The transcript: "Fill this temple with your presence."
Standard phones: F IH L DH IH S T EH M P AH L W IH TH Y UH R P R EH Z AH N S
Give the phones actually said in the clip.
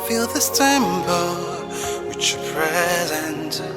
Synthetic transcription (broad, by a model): F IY L DH IH S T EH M B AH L W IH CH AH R P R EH Z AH N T